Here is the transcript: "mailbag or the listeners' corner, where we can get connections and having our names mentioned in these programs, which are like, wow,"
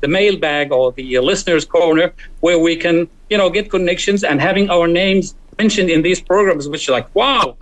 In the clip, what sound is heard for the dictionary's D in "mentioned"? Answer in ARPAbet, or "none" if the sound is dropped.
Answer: D